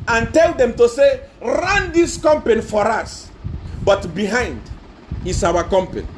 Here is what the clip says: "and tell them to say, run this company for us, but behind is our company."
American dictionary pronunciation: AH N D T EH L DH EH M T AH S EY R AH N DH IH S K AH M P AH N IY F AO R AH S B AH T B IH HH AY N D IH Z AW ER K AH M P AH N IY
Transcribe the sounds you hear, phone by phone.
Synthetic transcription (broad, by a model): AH N T EH L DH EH M T AH S EY R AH N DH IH S K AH M P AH N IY F AO R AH S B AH T B IH HH AY N D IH S AW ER K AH M P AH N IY